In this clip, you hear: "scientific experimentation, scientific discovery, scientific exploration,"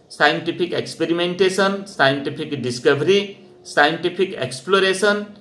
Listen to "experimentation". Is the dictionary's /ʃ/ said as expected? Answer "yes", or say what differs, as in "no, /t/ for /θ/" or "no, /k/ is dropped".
no, /s/ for /ʃ/